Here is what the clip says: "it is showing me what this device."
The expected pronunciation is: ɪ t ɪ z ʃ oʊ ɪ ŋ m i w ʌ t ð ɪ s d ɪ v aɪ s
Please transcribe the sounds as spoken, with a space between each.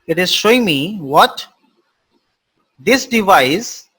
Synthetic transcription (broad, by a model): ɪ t ɪ z ʃ oʊ ɪ ŋ m i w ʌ t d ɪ s d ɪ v aɪ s